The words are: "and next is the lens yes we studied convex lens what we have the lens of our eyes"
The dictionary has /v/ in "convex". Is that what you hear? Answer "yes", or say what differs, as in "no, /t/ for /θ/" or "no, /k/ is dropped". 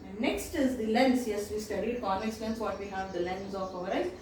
no, /v/ is dropped